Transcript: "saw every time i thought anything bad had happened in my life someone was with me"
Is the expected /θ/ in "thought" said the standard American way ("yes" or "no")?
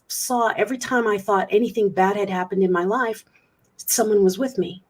yes